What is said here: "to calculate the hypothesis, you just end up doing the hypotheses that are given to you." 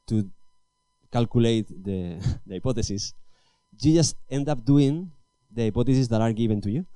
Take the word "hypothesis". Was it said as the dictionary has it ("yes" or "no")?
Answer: no